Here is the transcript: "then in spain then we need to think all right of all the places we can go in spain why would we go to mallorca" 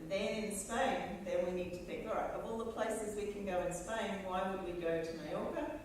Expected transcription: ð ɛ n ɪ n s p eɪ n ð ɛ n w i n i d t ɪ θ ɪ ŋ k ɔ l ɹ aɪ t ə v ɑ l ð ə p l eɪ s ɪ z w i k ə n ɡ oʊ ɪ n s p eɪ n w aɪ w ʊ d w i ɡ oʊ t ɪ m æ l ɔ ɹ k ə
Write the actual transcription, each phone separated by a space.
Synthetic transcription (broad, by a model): ð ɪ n ɪ n s p eɪ n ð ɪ n w i n i d t ɪ θ ɪ ŋ k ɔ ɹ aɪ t ə v ɑ l ð ə p l eɪ s ɪ z w i k ə n ɡ oʊ ɪ n s p eɪ n w aɪ w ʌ d w i ɡ oʊ t ɪ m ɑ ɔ ɹ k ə